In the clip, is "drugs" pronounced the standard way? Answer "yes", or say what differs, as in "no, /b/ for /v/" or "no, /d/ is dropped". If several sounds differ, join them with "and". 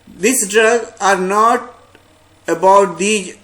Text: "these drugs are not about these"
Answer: no, /z/ is dropped